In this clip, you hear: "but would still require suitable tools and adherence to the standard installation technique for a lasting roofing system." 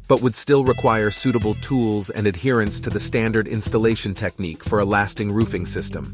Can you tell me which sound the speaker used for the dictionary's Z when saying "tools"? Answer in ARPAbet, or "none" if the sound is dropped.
Z